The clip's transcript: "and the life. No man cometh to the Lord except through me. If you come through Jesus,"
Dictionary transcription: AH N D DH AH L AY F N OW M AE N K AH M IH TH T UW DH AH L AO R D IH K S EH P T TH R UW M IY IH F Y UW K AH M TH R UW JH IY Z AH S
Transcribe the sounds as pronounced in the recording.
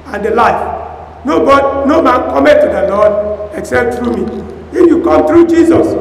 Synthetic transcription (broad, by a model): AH N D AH L AY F N OW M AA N K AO M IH T UW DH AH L AO D IH K S EH P T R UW M IY IH F Y UW K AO M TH R UW JH IY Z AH S